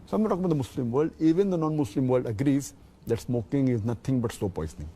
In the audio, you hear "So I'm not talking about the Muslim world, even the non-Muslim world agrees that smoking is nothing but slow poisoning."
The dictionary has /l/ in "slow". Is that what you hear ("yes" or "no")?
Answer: no